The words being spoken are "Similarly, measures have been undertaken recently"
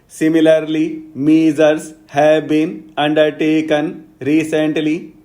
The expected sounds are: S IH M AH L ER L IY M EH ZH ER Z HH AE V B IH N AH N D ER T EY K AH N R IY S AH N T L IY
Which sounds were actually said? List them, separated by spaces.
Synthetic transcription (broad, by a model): S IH M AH L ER L IY M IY Z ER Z HH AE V B IH N AH N D ER T EY K AH N R IY S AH N T L IY